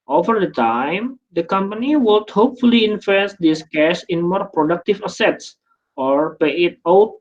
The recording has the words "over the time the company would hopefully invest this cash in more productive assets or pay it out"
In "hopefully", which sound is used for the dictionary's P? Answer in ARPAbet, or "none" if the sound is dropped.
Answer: P